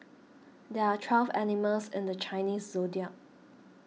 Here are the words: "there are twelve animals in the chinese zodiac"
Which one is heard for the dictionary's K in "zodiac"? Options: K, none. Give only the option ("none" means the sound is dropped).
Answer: none